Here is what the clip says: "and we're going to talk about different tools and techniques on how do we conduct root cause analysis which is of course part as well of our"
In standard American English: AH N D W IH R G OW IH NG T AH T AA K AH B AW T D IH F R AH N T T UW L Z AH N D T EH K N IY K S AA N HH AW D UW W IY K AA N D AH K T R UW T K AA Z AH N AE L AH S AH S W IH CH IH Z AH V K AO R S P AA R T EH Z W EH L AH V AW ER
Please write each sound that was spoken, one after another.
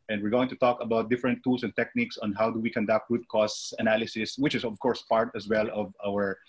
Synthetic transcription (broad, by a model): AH N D W IH R G OW IH NG T AH T AA K AH B AW T D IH F R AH N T T UW L S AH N T EH K N IY K S AA N HH AW D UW W IY K AA N D AH K T W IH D K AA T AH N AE L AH S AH S W IH CH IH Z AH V K AO R S P AA R T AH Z W EH L AH V AW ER